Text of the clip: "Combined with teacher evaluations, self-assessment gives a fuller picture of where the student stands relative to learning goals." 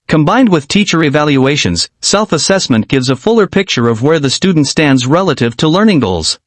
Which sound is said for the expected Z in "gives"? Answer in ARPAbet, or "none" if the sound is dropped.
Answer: Z